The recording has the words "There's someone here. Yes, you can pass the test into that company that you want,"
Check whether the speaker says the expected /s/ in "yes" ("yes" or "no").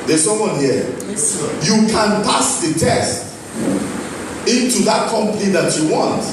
no